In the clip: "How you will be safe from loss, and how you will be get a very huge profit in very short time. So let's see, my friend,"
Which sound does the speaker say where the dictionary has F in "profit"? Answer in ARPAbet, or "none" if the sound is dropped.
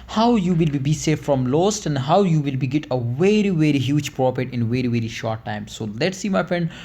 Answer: P